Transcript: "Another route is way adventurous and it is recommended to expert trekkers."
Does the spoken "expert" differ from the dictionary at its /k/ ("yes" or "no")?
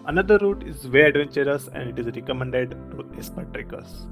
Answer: yes